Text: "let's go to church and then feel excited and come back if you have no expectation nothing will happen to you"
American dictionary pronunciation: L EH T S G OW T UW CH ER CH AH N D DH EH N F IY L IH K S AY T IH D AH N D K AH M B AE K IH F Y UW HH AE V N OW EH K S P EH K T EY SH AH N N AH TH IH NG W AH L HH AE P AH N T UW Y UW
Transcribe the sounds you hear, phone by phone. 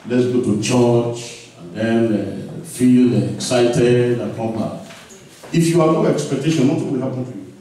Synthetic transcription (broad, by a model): L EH T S G OW T UW CH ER CH AH N D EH N F IY L IH K S AY T IH D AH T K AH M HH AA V IH F Y UW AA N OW EH K S P EH K T EY SH AH N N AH T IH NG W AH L HH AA P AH N T UW Y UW